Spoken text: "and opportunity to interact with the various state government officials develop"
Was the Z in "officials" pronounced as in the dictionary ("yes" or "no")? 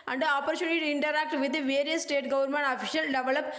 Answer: no